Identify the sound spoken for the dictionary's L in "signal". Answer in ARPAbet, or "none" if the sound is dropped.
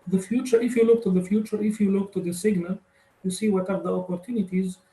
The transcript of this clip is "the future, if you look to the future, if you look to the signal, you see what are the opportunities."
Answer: L